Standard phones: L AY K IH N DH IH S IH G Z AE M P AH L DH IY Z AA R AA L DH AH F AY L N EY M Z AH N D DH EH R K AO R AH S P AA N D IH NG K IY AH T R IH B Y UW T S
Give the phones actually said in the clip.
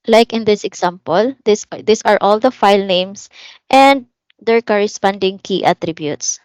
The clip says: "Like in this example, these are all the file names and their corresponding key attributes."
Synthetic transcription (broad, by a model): L AY K IH N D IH S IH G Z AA M P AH L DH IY S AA R AA L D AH F AY L N EY M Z AH N D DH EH R K AO R AH S P AA N D IH NG K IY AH T R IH B Y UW T S